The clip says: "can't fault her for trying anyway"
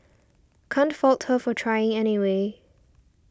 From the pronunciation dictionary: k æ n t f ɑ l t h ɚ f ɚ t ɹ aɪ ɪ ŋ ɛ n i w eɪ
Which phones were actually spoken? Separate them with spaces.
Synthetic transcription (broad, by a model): k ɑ n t f ɑ l t h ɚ f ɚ t ɹ aɪ ɪ ŋ ɛ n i w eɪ